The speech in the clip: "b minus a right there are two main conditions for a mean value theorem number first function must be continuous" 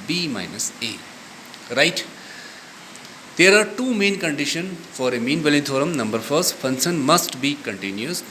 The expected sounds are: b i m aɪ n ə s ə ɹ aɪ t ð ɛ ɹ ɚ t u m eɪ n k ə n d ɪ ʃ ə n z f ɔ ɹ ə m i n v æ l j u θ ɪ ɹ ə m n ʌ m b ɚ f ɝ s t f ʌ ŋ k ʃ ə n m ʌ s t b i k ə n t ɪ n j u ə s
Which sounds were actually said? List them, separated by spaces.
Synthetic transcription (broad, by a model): b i m aɪ n ə s ə ɹ aɪ t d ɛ ɹ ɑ t u m eɪ n k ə n d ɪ ʃ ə n f ɔ ɹ ə m i n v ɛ l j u t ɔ ɹ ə m n ʌ m b ɚ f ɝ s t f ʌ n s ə n m ʌ s t b i k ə n t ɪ n j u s